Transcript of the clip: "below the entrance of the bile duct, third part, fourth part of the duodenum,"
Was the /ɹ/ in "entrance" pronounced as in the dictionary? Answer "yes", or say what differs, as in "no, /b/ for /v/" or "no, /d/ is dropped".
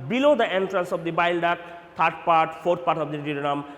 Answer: yes